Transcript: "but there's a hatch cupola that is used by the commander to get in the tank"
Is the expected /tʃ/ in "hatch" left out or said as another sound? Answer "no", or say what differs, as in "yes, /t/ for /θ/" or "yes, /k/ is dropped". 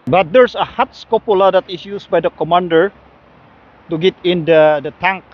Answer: yes, /s/ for /tʃ/